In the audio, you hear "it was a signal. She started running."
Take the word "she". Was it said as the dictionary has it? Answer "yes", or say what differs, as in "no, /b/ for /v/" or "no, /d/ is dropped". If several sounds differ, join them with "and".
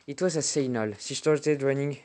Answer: no, /s/ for /ʃ/